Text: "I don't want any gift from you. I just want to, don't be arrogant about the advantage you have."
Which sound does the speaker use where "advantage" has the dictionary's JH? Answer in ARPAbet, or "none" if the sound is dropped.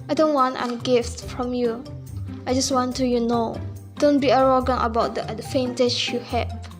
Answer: CH